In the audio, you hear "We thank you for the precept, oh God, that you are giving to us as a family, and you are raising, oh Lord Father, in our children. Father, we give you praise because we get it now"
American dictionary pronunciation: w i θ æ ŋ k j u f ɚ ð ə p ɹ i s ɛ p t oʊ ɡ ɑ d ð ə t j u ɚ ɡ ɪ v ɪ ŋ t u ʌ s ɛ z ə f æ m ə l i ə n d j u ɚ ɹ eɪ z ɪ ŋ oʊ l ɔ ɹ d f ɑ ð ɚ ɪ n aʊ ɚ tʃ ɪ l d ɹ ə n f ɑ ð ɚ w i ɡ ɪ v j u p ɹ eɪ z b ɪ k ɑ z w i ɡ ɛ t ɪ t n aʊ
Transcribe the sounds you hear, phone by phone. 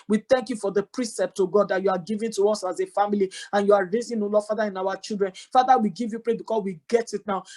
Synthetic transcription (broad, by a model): w i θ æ ŋ k j u f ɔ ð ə p ɹ i s ɛ p t oʊ ɡ ɑ d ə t j u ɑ ɡ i v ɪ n t u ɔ s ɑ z ə f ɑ m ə l i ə n j u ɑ ɹ eɪ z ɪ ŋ oʊ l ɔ f ɑ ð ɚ ɪ n aʊ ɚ tʃ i l d ɹ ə n f ɑ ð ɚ w i ɡ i v j u p ɹ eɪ b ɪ k ɑ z w i ɡ ɛ t ɪ t n aʊ